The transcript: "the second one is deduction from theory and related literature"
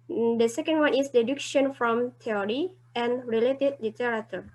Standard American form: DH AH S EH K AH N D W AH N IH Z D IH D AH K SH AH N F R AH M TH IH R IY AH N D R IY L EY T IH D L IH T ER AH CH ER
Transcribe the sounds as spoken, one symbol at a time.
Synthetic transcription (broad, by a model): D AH S EH K AH N D W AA N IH S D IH D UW K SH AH N F R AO M T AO R IY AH N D R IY L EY T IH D L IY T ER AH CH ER